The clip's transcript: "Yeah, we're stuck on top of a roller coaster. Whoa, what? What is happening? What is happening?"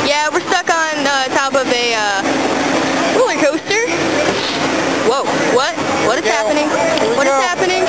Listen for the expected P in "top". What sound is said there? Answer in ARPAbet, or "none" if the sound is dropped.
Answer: P